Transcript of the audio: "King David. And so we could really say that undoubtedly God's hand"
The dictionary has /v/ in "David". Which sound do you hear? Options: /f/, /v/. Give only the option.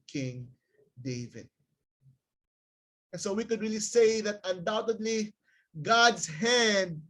/v/